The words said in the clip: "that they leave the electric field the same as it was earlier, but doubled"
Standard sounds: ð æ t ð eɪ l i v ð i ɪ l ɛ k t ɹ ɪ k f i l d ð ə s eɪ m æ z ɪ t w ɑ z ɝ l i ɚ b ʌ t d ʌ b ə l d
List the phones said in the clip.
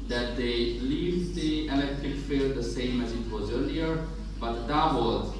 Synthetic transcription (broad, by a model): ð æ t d eɪ l i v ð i ɪ l ɛ k t ɹ ɪ k f i l d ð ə s eɪ m æ z ɪ t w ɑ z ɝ l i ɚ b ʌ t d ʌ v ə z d